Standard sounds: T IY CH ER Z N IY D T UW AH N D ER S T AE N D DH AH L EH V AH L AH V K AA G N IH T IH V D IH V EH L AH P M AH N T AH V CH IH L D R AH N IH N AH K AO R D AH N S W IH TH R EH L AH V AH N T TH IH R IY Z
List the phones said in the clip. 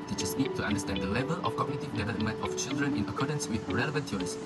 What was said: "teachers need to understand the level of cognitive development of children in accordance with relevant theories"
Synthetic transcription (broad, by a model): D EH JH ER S N IY D T UW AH N D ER S T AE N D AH L EH V AH L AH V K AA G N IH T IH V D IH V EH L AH M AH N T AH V CH IH L D R AH N IH N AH K AO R D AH N S W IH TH R EH L AH V AH N T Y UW R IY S